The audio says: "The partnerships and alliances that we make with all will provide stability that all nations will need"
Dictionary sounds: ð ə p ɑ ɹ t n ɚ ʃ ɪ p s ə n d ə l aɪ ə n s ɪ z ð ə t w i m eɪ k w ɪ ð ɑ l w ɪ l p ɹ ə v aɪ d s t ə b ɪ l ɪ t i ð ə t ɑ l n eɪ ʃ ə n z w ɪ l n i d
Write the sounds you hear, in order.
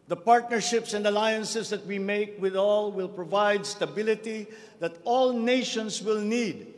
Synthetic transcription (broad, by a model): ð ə p ɑ ɹ t n ɚ ʃ ɪ p s ə n d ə l aɪ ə n s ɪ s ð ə t w i m eɪ k w ɪ ð ɑ l w ɪ l p ɹ ə v aɪ d s t ə b ɪ l ɪ t i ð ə t ɑ l n eɪ ʃ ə n s w ɪ l n i d